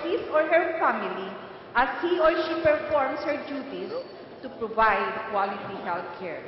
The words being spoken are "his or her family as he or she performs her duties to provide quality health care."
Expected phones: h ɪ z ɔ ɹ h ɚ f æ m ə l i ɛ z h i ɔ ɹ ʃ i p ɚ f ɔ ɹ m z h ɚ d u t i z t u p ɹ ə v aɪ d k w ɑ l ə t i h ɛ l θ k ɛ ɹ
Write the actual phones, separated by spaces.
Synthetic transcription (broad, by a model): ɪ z ɔ ɹ h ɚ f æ m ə l i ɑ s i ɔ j ʃ i p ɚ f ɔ ɹ m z h ɚ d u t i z t u p ɹ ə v aɪ d k w ɑ l ə t i h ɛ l t k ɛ ɹ